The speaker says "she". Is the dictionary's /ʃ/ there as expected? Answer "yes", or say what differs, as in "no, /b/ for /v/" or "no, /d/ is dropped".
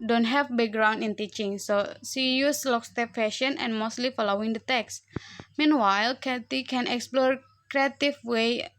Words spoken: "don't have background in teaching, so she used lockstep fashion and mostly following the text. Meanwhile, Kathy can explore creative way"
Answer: no, /s/ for /ʃ/